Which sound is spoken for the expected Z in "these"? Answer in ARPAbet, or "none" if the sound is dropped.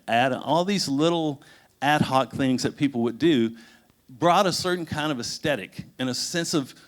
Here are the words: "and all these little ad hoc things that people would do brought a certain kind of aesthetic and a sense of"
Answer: Z